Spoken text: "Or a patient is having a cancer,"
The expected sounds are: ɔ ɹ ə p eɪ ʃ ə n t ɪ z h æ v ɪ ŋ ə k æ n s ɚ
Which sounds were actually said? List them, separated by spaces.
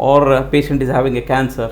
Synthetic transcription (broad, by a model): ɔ ɹ p eɪ ʃ ə n t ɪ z h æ v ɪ ŋ ə k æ n s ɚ